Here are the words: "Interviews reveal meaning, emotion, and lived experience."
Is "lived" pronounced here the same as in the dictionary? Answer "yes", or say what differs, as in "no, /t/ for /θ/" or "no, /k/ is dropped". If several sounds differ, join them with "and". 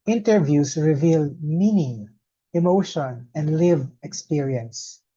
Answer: no, /d/ is dropped